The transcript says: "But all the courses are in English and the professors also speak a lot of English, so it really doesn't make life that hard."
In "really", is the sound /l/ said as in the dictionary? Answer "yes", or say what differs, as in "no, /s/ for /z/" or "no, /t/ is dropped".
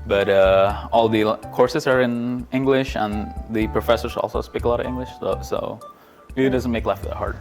no, /l/ is dropped